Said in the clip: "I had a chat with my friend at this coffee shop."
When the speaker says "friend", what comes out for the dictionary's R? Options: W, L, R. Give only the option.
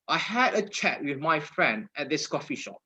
R